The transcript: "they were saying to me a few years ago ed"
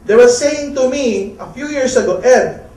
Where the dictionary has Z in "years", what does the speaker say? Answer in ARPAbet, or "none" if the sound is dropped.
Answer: S